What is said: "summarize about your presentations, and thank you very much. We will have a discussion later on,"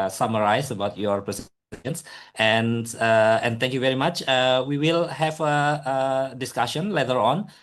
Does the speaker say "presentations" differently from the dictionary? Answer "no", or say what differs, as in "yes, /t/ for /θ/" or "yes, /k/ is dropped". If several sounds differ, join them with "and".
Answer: yes, /s/ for /t/